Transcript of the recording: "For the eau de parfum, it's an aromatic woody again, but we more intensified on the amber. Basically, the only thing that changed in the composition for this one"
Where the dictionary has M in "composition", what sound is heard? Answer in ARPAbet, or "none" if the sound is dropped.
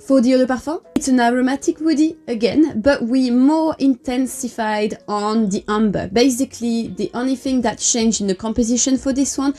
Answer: M